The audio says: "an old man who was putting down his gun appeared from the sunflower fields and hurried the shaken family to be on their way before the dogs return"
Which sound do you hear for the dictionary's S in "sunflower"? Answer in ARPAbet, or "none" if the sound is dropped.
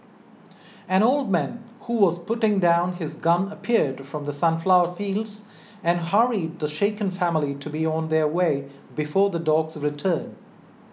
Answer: S